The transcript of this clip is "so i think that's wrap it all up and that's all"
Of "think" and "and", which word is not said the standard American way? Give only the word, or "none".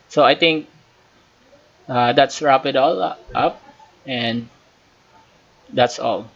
think